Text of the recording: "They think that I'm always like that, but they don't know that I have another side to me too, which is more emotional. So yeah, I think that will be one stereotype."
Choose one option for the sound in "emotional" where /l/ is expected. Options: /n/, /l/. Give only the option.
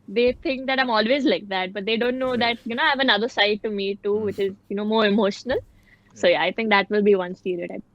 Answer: /l/